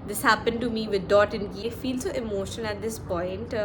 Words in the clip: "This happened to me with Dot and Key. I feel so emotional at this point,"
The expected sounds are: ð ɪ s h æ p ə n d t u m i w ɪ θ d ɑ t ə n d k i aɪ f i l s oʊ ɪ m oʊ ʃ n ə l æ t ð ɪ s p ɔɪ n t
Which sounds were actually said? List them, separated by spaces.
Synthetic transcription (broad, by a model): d ɪ s h æ p ə n d t u m i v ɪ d d ɑ t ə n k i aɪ f i l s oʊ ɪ m oʊ ʃ ə n æ t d ɪ s p ɔɪ n t